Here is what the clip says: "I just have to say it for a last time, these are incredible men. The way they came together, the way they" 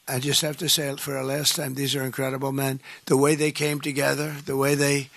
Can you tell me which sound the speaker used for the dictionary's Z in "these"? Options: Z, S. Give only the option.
Z